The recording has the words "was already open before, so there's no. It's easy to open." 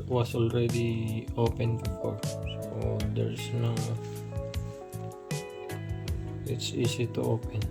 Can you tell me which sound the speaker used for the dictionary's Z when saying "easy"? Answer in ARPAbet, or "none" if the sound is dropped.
S